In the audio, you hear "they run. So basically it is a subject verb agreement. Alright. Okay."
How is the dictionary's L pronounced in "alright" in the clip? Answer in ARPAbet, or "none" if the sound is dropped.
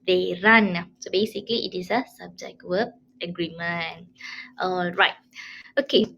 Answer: L